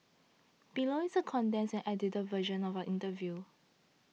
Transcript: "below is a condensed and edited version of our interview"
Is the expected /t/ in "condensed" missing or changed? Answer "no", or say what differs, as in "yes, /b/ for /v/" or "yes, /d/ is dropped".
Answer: yes, /t/ is dropped